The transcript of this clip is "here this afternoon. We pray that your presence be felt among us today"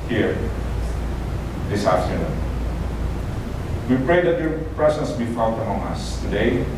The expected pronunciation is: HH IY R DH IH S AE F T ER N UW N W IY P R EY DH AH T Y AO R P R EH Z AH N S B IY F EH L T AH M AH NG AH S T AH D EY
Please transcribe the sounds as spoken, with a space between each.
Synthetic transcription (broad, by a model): HH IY R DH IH S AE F T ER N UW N W IY P R EY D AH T Y AO R P R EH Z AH N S B IY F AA T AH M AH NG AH S T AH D EY